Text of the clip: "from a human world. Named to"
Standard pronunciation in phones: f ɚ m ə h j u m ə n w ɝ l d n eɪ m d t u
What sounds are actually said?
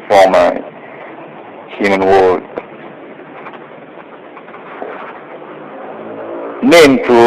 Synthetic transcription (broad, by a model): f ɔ m ə h j u m ə n w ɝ d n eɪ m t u